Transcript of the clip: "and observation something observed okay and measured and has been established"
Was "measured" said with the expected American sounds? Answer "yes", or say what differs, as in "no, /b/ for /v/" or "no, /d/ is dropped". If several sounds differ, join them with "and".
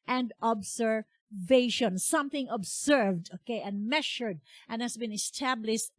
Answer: no, /ʃ/ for /ʒ/